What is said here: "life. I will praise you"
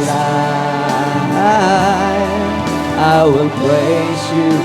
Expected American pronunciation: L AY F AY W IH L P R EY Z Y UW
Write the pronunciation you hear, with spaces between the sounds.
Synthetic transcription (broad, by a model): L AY AY W IH L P L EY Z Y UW